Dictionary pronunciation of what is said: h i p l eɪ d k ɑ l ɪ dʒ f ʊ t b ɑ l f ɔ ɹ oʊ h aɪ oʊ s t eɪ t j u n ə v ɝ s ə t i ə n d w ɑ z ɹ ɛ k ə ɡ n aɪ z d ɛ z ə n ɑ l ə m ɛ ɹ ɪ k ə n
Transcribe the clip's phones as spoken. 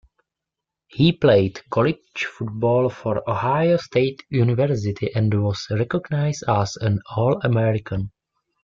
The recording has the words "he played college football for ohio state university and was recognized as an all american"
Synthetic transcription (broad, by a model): h i p l eɪ d k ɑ l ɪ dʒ f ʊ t b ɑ l f ɔ ɹ oʊ h aɪ oʊ s t eɪ t j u n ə v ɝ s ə t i ə n d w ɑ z ɹ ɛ k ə ɡ n aɪ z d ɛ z ə n ɑ l ə m ɛ ɹ ɪ k ə n